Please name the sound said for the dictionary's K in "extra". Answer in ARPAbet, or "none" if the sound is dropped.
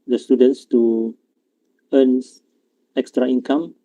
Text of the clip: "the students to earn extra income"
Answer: K